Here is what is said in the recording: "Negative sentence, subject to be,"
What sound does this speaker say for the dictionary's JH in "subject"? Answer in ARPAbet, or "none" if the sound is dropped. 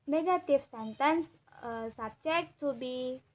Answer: CH